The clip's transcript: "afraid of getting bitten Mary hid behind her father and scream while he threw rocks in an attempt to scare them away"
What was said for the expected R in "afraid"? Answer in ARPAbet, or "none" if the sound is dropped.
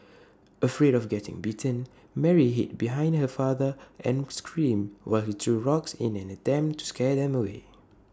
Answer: R